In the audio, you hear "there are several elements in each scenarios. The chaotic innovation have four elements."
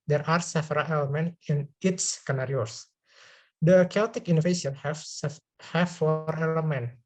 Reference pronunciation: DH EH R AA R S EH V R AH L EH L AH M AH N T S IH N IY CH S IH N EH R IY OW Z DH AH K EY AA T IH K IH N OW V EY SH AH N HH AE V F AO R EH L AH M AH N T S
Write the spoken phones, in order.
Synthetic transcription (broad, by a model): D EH R AA R S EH F R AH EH L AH M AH N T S IH N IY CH S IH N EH R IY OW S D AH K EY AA T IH K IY N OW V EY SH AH N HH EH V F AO R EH L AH M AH N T